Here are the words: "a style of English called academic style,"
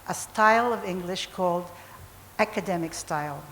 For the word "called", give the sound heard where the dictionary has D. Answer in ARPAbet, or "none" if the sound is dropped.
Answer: D